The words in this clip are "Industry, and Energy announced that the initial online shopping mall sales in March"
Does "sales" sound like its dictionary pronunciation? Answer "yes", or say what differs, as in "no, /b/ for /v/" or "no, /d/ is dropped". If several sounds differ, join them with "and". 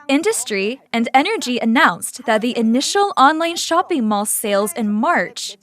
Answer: yes